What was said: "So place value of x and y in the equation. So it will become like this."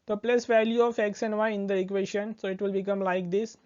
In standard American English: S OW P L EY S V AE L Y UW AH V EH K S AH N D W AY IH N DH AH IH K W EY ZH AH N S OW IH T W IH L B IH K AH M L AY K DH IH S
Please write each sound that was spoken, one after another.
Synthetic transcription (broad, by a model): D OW P L EY S V AE L Y UW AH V EH K S AH N D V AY IH N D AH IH K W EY SH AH N S OW IH T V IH L B IH K AH M L AY K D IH S